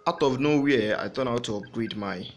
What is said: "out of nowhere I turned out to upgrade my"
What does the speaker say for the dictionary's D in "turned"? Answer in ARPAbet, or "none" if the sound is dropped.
none